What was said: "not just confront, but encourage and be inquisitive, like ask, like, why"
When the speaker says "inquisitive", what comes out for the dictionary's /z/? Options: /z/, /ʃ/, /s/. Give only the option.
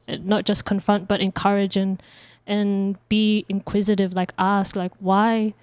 /z/